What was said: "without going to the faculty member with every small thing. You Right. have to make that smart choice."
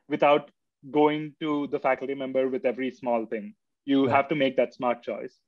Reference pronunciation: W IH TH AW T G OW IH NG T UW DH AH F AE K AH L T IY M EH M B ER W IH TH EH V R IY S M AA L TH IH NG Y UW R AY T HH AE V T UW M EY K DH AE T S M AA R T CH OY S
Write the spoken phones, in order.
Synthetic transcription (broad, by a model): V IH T AW T G OW IH NG T UW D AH F AE K AH L T IY M EH M B ER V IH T EH V R IY S M AA L T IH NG Y UW HH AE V T UW M EY K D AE T S M AA R T CH OY S